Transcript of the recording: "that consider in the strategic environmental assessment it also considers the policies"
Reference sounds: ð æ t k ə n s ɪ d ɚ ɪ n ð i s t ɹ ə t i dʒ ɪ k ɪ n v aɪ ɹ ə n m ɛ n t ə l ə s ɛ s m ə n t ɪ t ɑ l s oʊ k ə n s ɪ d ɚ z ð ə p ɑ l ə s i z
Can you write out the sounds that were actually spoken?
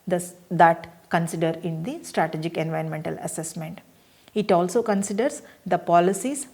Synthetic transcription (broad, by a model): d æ t k ə n s ɪ d ɚ ɪ n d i s t ɹ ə t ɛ dʒ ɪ k ɪ n v aɪ ɹ ə n m ɛ n t ə l ə s ɛ s m ə n t ɪ t ɑ l s oʊ k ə n s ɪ d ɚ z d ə p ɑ l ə s i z